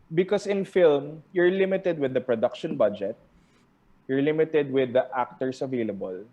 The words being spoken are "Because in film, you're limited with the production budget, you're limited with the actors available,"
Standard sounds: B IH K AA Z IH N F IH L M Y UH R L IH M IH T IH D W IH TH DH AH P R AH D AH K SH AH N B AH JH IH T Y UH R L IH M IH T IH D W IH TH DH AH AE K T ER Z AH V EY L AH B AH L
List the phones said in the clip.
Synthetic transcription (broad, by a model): B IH K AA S IH N F IH L M Y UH R L IH M IH T IH D W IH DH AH P R AH D AH K SH AH N B AH JH IH T Y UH R L IH M IH T IH D W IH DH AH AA K T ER S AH V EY L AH B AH L